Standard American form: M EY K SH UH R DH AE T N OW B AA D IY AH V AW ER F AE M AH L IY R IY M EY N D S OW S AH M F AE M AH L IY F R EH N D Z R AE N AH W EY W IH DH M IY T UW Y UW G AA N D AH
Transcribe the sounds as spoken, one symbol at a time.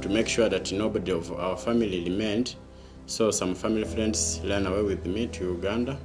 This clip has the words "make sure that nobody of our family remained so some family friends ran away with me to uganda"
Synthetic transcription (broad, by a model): M EY K SH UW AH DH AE T N OW B AA D IY AH V AW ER F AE M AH L IY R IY M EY N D S OW S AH M F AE M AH L IY F R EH N D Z L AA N AH W EY W IH DH M IY T UW Y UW G AA N D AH